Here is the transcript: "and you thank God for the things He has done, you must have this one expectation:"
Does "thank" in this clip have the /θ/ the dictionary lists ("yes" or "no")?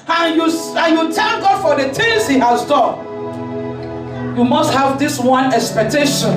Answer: no